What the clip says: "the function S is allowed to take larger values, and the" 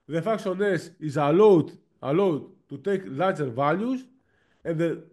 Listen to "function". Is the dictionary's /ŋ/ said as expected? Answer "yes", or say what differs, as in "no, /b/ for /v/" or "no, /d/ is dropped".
no, /ŋ/ is dropped